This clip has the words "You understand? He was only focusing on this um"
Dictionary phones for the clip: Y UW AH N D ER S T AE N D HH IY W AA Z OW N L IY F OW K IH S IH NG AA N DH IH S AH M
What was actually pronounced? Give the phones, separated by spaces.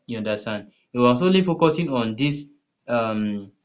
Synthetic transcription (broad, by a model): Y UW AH N D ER S T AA N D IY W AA S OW L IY F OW K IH S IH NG AA N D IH S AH M